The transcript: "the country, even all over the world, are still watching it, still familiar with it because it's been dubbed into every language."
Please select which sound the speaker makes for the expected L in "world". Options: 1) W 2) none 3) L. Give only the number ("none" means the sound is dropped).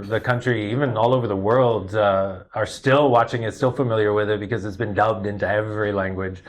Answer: 3